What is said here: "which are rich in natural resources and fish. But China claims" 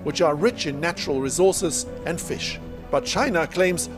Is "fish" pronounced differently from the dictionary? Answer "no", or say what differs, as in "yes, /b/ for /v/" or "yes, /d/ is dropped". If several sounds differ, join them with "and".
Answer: no